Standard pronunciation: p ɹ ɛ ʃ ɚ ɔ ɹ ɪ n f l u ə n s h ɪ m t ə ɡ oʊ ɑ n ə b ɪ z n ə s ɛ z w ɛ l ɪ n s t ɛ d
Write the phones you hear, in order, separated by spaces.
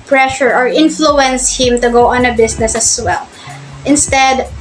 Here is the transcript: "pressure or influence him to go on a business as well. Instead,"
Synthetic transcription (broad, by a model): p ɹ ɛ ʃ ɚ ɔ ɹ ɪ n f l u ə n s h ɪ m t ə ɡ oʊ ɑ n ə b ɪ s n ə s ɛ s w ɛ l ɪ n s t ɛ d